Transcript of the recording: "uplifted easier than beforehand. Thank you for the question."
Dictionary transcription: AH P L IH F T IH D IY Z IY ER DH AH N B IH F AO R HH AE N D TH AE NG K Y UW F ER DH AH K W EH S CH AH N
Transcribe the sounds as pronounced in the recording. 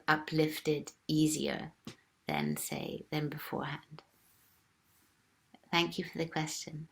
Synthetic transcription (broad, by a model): AH P L IH F T IH D IY Z IY ER DH AH N B IH F AO R HH AE N D TH AE NG K Y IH F ER DH AH K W EH S CH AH N